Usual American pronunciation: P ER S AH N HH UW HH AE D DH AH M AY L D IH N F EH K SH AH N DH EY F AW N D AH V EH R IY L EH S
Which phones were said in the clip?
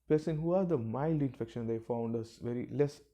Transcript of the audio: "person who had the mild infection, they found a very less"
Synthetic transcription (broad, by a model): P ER S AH N HH UW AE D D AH M AY L D IH N F EH K SH AH N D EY F AW N D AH V EH R IY L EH S